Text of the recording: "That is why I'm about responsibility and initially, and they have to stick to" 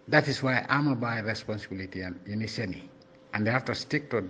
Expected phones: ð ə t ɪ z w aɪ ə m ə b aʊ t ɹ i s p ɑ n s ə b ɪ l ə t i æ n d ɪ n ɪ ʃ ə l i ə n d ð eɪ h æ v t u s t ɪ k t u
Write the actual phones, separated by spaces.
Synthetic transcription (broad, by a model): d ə t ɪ s w aɪ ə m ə b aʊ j ɹ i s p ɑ n s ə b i l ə t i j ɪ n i s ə n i ə n d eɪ h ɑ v t u s t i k t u